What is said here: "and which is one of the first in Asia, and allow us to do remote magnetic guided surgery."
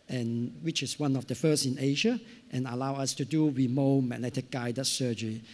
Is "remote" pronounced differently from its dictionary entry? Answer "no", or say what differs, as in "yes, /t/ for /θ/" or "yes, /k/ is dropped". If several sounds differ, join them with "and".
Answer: yes, /w/ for /ɹ/